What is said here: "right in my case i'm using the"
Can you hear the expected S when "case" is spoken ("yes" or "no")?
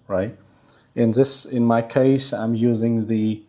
yes